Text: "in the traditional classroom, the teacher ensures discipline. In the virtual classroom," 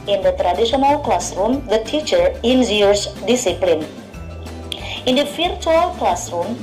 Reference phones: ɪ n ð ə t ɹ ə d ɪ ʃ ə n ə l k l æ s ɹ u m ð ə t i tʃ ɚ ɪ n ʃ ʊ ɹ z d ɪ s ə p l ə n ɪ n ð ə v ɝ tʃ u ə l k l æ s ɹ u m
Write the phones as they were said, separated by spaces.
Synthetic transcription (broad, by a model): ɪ n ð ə t ɹ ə d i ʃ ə n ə l k l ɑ s ɹ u m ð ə t i tʃ ɚ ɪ n s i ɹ s d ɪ s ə p l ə n ɪ n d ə f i tʃ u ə l k l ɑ s ɹ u m